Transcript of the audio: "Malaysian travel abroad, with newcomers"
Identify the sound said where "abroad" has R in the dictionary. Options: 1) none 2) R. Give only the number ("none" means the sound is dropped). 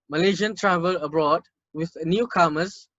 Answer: 2